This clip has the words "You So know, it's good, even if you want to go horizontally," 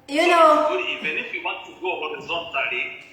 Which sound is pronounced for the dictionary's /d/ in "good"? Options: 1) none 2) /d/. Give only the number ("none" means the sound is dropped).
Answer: 1